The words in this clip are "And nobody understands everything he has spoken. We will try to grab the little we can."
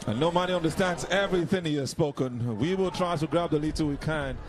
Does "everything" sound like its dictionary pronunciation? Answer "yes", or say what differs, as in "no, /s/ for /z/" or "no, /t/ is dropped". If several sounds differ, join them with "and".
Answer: yes